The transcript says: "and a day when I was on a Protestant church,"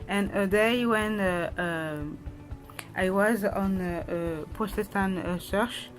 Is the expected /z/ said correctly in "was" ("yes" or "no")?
yes